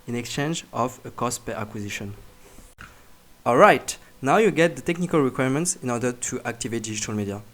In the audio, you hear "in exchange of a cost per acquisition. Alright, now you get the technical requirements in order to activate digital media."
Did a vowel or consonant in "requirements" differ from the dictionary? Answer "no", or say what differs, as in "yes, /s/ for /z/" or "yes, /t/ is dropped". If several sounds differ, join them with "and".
no